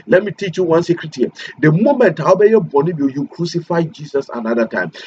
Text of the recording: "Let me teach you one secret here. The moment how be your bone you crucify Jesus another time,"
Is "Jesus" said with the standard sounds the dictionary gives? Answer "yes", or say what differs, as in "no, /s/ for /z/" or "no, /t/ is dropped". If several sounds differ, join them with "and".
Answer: no, /s/ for /z/